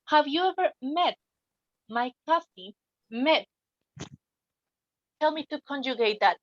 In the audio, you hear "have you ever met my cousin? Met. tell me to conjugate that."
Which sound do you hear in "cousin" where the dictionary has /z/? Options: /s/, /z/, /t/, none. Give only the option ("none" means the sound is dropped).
/s/